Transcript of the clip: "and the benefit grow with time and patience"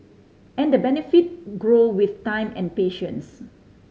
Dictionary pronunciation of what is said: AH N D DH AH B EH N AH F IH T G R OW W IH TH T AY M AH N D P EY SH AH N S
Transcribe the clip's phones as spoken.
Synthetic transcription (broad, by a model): AH N D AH B EH N AH F IH T G R OW W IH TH T AY M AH N P EY SH AH N S